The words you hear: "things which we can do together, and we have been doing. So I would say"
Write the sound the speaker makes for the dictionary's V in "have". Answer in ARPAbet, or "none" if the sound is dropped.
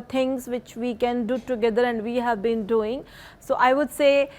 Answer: V